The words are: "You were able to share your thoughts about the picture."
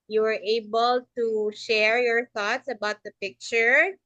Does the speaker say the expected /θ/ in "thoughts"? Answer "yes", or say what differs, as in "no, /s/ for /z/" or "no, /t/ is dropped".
yes